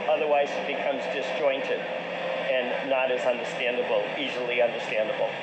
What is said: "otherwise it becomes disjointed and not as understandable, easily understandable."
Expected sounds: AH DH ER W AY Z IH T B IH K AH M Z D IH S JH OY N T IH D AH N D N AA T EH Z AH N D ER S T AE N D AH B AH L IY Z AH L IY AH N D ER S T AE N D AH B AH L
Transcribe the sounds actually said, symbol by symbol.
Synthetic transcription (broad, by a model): AH DH ER W AY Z IH T B IH K AH M Z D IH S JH OY N T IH D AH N N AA T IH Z AH N D ER S T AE N D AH B L IY Z L IY AH N D ER S T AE N D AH B L